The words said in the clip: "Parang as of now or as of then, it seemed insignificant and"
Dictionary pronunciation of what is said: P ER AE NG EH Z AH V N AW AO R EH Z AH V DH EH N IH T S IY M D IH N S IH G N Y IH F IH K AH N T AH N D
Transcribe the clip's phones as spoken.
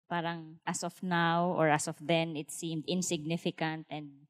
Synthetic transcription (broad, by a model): P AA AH NG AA S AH F N AW AO R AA S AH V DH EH N IH T S IY M D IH N S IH G N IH F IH K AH N T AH N D